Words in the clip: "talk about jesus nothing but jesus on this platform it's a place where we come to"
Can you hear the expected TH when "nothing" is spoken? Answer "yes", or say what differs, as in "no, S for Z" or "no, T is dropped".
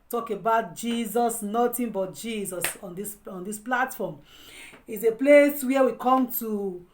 no, T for TH